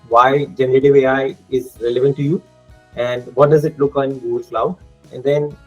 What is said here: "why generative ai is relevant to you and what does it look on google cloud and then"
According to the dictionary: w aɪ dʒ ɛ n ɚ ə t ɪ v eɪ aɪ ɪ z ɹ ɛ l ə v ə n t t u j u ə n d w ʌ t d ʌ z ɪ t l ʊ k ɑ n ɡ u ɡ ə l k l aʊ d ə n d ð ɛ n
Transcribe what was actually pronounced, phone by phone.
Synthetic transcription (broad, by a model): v aɪ dʒ ɛ n ɚ ə t ɪ v eɪ aɪ ɪ z ɹ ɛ l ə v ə n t t u j u ə n d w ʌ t d ʌ z ɪ t l ʊ k ɑ n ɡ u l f l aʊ ə n d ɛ n